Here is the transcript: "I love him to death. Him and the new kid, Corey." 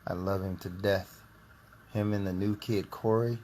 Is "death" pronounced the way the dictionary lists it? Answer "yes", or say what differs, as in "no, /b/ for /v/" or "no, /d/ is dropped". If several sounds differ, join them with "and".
yes